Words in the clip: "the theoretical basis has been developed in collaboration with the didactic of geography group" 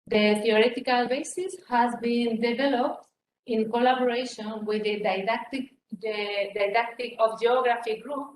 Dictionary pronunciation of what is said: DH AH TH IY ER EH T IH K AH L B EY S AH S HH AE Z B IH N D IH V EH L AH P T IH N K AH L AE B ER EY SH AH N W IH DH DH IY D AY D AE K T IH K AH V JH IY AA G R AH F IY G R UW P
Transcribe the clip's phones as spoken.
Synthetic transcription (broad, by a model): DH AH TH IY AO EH T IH K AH L B EY S AH S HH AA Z B IH N D IH V EH L AH P T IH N K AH L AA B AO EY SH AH N W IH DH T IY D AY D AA K T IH K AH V JH IY AA G R AH F IY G R UW P